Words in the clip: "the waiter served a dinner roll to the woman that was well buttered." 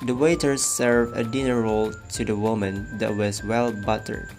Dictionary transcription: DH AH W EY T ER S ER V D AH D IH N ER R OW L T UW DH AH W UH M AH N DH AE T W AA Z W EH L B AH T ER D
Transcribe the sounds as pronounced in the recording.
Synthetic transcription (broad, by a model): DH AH W EY T ER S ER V AH D IH N ER R OW L T UW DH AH W UH M AH N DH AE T W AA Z W EH L B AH T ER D